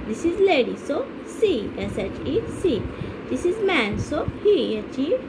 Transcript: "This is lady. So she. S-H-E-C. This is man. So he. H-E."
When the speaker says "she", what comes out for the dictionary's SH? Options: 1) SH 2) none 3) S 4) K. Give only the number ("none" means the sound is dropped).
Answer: 3